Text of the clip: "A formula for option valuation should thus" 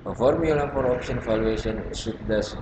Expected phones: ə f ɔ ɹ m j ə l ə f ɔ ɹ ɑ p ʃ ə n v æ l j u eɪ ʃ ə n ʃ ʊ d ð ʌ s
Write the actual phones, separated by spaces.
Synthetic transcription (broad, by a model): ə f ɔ ɹ m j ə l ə p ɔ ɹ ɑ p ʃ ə n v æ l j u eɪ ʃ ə n s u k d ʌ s